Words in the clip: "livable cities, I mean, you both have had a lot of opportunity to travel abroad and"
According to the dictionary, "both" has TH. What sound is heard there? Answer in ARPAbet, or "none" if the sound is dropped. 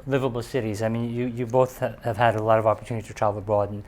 TH